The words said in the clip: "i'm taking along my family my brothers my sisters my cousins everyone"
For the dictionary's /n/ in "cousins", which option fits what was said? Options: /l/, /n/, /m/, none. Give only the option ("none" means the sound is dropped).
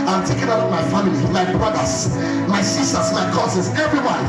none